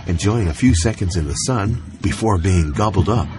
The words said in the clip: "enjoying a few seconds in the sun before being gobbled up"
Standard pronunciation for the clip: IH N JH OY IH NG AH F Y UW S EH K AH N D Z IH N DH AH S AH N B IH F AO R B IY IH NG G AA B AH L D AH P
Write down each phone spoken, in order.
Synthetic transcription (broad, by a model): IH N JH OY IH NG AH F Y UW S EH K AH N D Z IH N DH AH S AH N B IH F AO R B IY IH NG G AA B L D AH P